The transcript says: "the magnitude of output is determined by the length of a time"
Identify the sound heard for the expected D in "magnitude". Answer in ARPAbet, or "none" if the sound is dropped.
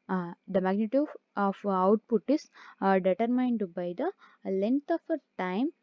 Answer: none